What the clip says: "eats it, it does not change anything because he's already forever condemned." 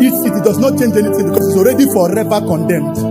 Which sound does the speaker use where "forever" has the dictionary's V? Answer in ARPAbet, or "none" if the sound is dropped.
P